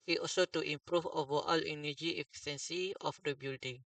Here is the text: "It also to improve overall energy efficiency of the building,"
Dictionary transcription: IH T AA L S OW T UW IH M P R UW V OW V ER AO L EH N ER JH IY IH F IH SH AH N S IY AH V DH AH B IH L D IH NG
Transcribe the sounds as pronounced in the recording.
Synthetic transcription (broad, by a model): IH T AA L S OW T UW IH M P R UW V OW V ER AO L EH N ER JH IY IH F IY S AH N S IY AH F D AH B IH L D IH NG